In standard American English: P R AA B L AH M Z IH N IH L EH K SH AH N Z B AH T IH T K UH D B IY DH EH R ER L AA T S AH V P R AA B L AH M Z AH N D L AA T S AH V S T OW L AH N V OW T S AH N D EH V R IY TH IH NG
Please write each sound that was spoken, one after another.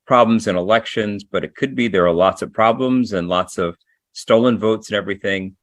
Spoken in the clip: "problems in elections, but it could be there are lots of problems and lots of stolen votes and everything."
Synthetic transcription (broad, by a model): P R AA B L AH M Z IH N IH L EH K SH AH N Z B AH T IH T K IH D B IY DH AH R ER L AA T S AH V P R AA B L AH M Z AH N L AA T S AH V S T OW L AH N V OW T S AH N EH V R IY TH IH NG